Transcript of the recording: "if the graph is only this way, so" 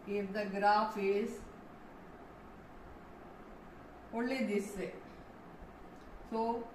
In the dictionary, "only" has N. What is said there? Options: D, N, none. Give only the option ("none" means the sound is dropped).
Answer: none